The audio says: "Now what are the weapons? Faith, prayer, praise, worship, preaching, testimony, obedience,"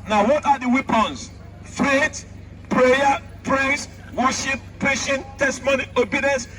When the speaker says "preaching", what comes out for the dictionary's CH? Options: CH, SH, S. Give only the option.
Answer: SH